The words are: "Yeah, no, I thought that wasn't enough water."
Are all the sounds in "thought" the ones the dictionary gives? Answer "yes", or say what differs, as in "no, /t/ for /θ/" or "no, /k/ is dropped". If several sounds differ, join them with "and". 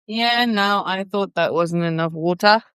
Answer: yes